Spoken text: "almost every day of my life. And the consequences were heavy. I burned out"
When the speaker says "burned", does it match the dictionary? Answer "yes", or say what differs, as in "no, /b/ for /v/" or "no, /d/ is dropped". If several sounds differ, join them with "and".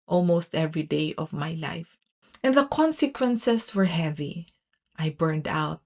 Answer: yes